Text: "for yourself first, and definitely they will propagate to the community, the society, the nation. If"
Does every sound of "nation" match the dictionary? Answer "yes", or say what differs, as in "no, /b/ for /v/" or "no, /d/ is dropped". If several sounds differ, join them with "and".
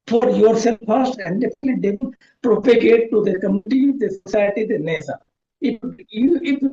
no, /s/ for /ʃ/